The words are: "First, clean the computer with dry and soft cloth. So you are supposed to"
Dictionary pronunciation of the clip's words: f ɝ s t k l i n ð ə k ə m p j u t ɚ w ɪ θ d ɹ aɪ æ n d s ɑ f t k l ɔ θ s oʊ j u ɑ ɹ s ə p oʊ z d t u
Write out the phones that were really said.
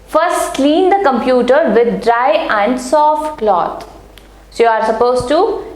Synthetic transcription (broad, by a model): f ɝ s t k l i n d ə k ə m p j u t ɚ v ɪ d d ɹ aɪ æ n d s ɑ f t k l ɔ t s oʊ j u ɑ ɹ s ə p oʊ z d t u